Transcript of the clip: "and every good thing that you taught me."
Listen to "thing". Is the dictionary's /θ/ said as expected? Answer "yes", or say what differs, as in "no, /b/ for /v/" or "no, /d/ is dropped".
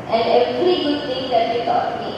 no, /t/ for /θ/